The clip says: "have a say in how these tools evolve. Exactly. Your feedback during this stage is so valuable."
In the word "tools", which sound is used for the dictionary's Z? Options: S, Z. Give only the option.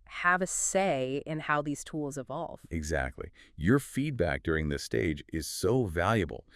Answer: Z